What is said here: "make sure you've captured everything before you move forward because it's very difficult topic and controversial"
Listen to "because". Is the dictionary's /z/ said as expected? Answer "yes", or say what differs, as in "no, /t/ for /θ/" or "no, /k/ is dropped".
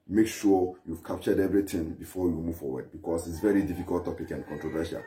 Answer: no, /s/ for /z/